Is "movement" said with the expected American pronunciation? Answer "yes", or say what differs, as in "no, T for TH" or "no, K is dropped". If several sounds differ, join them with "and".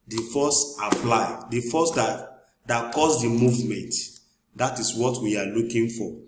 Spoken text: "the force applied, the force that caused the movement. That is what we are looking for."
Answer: yes